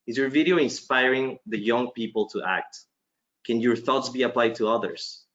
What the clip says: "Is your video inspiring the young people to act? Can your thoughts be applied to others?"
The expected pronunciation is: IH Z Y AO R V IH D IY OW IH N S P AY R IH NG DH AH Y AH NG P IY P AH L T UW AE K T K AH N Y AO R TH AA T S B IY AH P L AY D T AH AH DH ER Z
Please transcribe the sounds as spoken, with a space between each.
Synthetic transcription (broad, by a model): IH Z Y AO R V IH D IY OW IH N S P AY R IH NG DH AH Y AH NG P IY P AH L T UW AE K T K AH N Y AO R TH AA T S B IY AH P L AY D T AH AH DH ER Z